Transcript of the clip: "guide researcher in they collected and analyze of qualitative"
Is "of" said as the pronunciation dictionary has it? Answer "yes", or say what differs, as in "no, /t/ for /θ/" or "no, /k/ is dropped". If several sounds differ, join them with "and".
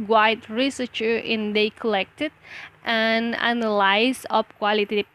no, /p/ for /v/